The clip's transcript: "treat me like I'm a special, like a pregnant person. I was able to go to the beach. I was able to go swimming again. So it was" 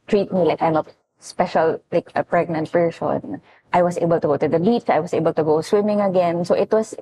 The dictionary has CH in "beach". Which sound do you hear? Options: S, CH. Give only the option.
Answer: S